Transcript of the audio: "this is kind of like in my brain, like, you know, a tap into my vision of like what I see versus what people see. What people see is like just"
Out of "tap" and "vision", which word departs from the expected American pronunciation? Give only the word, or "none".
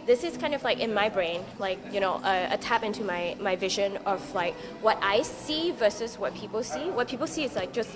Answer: none